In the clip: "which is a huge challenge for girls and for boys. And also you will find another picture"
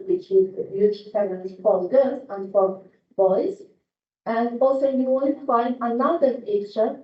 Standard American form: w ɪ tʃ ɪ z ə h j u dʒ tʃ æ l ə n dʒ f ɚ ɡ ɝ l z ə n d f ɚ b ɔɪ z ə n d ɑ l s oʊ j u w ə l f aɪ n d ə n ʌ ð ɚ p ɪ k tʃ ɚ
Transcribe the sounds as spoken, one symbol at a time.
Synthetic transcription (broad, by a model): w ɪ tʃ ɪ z ə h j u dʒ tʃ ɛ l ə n z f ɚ ɡ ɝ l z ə n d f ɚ b ɔɪ z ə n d ɑ l s oʊ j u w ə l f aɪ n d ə n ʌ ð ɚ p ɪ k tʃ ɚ